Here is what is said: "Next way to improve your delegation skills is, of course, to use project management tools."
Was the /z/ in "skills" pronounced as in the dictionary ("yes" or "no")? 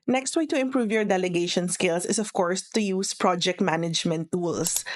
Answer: no